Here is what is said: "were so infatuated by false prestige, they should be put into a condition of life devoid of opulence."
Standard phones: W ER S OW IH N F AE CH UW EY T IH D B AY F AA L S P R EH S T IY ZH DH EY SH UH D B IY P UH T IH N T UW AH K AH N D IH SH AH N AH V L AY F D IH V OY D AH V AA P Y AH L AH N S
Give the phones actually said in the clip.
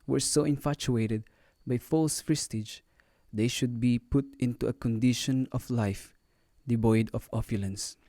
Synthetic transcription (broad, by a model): W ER S OW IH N F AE CH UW EY T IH D B AY F AA L S F R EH S T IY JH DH EY SH UH D B IY P UH T IH N T UW AH K AH N D IH SH AH N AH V L AY F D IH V OY D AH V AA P Y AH L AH N S